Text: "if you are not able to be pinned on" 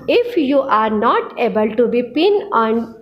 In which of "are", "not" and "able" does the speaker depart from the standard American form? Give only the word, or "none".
none